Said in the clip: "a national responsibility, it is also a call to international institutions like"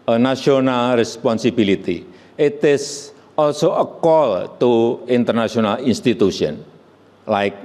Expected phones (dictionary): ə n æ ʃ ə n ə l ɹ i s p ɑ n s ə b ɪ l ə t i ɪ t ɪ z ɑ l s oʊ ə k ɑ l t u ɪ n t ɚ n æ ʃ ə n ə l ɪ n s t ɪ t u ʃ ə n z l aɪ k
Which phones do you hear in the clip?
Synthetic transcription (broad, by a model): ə n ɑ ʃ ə n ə l ɹ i s p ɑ n s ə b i l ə t i ɪ t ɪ s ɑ l s oʊ ə k ɑ l t u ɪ n t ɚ n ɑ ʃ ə n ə l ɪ n s t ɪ t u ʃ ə n l aɪ k